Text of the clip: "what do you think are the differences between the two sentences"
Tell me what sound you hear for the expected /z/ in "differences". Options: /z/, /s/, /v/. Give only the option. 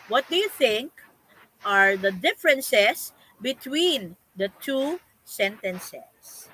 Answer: /s/